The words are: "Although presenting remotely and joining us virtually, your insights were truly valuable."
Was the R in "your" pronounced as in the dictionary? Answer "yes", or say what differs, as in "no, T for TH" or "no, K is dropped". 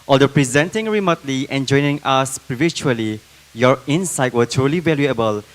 yes